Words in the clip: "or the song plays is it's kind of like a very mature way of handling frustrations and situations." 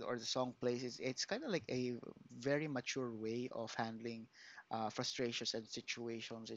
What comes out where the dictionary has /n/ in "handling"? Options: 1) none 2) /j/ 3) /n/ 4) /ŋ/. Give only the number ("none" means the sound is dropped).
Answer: 3